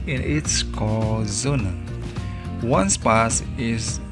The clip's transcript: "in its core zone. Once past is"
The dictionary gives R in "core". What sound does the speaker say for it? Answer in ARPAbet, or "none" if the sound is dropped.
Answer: L